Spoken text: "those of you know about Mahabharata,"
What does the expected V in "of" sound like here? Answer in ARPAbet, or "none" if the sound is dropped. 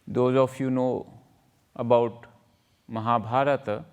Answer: F